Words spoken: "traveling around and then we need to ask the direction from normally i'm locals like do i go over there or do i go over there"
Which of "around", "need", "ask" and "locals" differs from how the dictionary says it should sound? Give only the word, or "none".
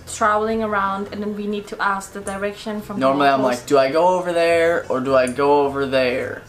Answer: locals